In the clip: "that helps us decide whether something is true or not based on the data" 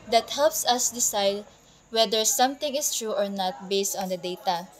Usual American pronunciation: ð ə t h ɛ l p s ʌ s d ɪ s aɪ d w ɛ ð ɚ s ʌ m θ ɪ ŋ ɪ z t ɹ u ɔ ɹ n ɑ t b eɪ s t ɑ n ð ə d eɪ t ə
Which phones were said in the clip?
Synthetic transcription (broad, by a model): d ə t h ɛ l p s ʌ s d ɪ s aɪ d w ɛ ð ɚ s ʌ m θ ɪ ŋ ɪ s t ɹ u ɔ ɹ n ɑ t b eɪ s t ɑ n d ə d eɪ t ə